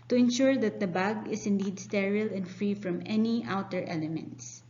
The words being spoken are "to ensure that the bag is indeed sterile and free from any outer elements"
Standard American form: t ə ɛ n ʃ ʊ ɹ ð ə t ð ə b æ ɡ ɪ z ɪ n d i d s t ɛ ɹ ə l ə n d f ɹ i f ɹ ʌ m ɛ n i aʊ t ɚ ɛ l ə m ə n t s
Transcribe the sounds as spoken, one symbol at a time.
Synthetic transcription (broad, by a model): t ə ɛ n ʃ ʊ ɹ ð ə t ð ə b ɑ ɡ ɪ s ɪ n d i d s t ɛ ɹ ə l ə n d f ɹ i f ɹ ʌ m ɛ n i aʊ t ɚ ɛ l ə m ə n t s